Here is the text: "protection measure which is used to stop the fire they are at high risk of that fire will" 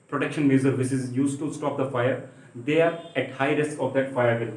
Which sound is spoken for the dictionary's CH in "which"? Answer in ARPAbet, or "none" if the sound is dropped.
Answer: S